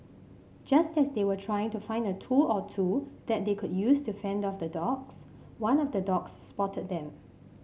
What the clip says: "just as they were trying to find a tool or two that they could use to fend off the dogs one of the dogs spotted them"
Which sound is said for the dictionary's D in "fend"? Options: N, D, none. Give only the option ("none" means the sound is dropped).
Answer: D